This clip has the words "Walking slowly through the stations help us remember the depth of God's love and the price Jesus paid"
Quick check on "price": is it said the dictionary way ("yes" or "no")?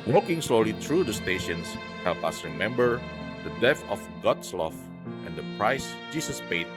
yes